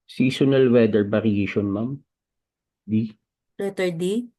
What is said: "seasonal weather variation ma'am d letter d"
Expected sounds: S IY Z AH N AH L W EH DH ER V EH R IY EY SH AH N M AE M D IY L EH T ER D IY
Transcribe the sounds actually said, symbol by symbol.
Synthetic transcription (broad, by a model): S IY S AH N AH L W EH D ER B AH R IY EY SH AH N M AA M D IY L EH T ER D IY